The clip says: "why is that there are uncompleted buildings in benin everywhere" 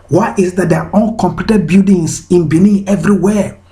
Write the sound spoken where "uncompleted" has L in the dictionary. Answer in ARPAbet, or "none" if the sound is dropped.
none